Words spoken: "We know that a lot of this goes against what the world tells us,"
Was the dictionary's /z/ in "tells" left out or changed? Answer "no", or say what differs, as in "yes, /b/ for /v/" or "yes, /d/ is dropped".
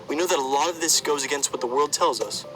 no